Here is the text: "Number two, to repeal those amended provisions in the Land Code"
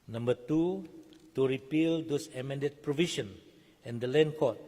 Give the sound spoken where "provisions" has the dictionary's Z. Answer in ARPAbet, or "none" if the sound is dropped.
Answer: none